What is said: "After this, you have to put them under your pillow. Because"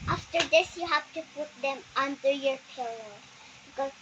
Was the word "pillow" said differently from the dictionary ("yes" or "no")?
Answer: no